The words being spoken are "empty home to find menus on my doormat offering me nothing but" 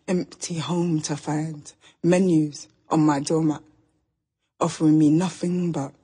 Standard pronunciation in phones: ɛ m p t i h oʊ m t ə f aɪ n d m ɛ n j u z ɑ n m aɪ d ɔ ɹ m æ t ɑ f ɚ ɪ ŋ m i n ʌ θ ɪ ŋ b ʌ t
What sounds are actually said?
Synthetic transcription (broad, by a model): ɛ m p t i h oʊ m t ə f aɪ n d m ɛ n j u z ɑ n m aɪ d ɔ m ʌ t ɑ f ɚ ɪ ŋ m i n ʌ θ ɪ ŋ b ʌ t